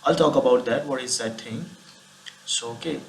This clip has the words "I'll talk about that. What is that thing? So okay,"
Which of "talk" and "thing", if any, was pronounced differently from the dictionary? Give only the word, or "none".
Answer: thing